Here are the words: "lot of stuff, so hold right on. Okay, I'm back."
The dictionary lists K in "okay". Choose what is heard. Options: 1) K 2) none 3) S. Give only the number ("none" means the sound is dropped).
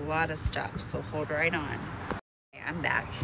2